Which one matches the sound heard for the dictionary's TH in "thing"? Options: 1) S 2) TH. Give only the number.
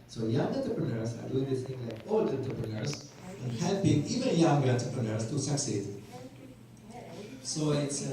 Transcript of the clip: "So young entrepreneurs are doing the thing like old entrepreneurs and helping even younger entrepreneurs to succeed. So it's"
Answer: 1